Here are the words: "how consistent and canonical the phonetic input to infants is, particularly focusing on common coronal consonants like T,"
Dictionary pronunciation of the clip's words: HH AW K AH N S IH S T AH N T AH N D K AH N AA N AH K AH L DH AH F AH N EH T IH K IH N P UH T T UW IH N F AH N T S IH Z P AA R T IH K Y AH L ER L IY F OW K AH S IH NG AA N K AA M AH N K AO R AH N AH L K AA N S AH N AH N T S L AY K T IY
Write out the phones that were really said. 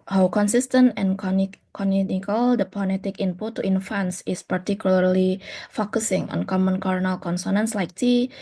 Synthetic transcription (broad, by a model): HH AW K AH N S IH S T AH N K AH N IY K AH N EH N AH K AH L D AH P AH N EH T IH K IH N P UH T T UW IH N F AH N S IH S P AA R T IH K Y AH L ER L IY F OW K AH S IH NG AA N K AA M AH N K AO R N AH L K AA N S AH N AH N S L AY K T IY